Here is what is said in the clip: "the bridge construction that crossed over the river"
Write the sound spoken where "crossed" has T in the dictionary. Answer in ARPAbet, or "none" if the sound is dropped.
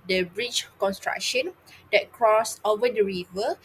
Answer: none